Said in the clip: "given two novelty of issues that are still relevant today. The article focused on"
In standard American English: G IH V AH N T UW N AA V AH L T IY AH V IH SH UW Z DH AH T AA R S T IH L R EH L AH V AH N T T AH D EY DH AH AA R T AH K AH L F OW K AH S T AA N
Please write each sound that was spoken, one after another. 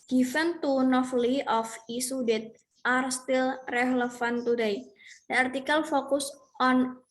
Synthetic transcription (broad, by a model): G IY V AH N T UW N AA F L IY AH F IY S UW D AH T AA R S T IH L R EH L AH F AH N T T AH D EY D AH AA R T AH K AH L F OW K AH S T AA N